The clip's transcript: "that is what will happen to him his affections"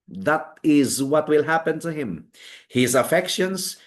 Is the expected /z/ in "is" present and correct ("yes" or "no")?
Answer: yes